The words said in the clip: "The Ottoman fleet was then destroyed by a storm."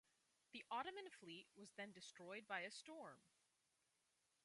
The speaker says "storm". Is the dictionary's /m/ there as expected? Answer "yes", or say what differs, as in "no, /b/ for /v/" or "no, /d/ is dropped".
yes